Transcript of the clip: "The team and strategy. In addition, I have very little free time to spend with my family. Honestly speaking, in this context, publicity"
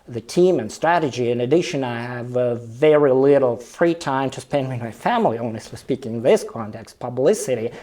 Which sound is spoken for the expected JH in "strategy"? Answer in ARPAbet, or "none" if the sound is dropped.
JH